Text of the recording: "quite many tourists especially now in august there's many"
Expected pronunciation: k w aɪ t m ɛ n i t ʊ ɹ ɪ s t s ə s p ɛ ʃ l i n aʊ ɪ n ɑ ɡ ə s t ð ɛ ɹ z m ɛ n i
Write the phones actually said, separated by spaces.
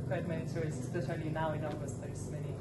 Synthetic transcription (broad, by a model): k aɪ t m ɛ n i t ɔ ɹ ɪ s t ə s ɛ l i n aʊ ɪ n ɑ ɡ ə s t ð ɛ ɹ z m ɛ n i